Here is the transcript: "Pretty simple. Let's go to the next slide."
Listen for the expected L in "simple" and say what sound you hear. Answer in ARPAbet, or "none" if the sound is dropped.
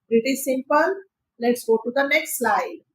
N